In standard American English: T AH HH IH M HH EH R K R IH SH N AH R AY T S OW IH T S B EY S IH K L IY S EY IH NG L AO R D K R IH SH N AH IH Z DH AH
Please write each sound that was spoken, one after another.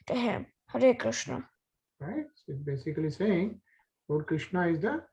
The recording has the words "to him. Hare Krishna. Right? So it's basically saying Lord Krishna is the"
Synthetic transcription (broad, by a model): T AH HH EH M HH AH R K R IH SH N AH R AY T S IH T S B EY S IH K L IY S EY IH NG W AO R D K R IH SH N AH IH Z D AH